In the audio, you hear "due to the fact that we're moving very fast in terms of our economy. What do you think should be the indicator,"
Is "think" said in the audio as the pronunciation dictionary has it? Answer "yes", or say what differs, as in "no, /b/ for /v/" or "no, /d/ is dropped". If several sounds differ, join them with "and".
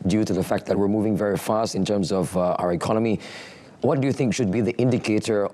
yes